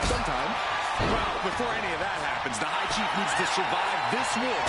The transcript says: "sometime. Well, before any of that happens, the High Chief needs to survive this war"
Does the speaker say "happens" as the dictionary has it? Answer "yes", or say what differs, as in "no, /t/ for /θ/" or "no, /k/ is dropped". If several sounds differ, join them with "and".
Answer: yes